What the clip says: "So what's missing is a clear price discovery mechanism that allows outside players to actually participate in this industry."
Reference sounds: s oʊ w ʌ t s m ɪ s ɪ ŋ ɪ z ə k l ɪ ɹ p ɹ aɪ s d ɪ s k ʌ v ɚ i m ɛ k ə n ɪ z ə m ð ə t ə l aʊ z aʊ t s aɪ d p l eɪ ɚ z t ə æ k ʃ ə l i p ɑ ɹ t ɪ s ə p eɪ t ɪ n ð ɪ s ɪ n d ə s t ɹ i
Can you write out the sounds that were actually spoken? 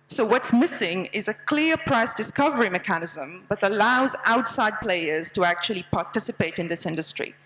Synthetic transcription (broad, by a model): s oʊ w ʌ t s m ɪ s ɪ ŋ ɪ z ə k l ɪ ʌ p ɹ aɪ s d ɪ s k ʌ v ɚ i m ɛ k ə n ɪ z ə m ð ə t ə l aʊ z aʊ t s aɪ d p l eɪ ɚ z t ə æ k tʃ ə l i p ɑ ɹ t ɪ s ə p eɪ t ɪ n ð ɪ s ɪ n d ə s t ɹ i